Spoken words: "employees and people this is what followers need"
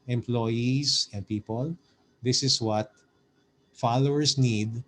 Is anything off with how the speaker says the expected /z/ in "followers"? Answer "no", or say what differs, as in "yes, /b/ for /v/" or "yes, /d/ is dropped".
yes, /s/ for /z/